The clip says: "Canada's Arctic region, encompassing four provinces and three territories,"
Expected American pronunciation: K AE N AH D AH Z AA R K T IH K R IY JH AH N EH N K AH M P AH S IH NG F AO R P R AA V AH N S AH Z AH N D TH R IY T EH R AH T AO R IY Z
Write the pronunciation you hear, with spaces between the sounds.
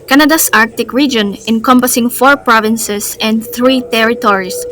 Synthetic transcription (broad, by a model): K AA N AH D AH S AA R K T IH K R IY JH AH N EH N K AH M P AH S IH NG F AO R P R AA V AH N S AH S AH N D TH R IY T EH R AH T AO R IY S